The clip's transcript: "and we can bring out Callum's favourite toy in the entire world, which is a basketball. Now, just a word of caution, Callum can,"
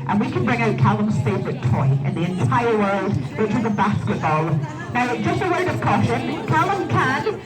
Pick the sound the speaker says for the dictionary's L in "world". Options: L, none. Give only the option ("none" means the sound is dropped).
L